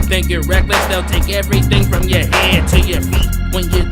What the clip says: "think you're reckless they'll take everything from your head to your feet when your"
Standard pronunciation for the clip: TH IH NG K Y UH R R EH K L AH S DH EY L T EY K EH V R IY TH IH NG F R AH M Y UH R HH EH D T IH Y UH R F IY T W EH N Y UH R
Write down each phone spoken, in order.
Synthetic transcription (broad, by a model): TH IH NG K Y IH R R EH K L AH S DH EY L T EY K EH V R IY TH IH NG F R AH M Y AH R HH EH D T IH Y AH R W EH N Y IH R